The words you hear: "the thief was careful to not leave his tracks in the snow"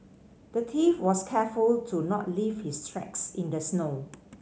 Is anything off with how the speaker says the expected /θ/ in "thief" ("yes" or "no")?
yes